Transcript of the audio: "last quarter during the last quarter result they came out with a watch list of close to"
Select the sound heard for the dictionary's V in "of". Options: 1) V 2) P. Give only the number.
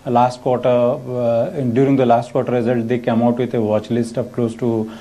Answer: 2